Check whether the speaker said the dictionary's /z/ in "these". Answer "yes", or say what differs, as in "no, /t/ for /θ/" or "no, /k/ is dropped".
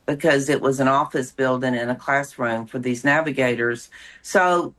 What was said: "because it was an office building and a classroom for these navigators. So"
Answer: yes